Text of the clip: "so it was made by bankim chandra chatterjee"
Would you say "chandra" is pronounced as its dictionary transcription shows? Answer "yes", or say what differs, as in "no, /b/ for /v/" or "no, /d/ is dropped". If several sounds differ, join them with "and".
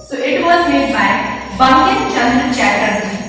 no, /ɹ/ is dropped